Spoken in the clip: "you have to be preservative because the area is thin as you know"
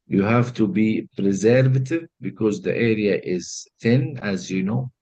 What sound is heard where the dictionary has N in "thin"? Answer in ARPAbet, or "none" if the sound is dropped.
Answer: N